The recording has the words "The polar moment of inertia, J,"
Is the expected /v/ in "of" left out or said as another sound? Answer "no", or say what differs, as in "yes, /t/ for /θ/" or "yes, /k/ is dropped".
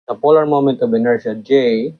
yes, /b/ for /v/